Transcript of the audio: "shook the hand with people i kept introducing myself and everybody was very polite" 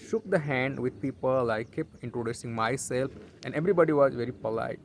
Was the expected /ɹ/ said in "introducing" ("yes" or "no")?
yes